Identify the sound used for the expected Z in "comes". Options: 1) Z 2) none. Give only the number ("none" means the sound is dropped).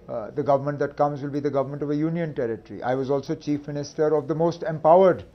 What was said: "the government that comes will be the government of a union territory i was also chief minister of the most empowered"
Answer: 1